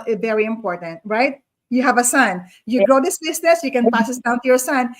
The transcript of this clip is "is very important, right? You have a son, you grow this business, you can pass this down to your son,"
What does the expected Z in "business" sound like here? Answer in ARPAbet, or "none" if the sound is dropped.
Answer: S